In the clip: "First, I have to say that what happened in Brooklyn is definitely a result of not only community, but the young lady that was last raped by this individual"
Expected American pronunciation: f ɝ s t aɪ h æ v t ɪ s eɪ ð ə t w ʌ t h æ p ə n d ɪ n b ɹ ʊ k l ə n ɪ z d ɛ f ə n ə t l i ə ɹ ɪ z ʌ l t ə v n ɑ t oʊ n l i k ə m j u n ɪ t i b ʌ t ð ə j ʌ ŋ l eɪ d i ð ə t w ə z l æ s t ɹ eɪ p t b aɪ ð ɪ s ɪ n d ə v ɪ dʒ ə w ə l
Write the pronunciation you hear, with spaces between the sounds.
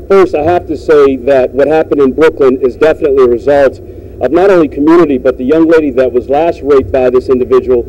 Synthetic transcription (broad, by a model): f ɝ s aɪ h æ f t ɪ s eɪ ð ə t w ʌ t h æ p ə n d ɪ n b ɹ ʊ k l ə n ɪ z d ɛ f ə n ə t l i ə ɹ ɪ z ʌ l t ə v n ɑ t oʊ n l i k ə m j u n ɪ t i b ʌ t ð ə j ʌ ŋ l eɪ d i ð ə t w ə z l æ s t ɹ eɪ t b aɪ ð ɪ s ɪ n d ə v ɪ dʒ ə w l